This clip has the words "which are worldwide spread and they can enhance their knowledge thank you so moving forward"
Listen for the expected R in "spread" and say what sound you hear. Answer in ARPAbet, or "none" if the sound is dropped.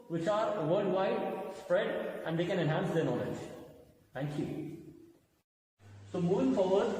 R